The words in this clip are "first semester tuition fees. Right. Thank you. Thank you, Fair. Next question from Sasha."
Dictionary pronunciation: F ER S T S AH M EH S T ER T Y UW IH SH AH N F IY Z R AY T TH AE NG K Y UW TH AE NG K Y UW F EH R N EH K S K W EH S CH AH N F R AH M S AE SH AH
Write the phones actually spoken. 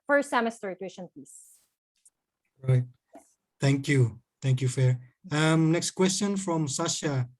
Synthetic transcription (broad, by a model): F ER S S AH M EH S T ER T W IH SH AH N P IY S R AY T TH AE NG K Y UW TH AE NG K Y UW F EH R N EH K S K W EH S CH AH N F R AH M S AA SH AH